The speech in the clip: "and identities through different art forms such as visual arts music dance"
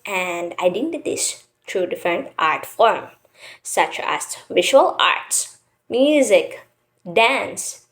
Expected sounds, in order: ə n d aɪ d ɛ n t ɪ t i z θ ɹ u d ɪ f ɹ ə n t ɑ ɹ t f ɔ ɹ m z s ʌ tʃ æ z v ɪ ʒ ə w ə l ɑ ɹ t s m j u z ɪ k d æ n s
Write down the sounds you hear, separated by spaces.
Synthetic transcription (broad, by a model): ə n d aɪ d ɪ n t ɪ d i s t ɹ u d ɪ f ɹ ə n t ɑ ɹ t f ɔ ɹ m s ʌ tʃ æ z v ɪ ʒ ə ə l ɑ ɹ t s m j u z ɪ k d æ n s